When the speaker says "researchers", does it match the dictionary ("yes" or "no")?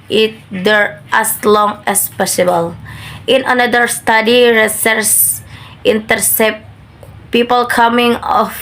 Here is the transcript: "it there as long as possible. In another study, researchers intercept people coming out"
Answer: no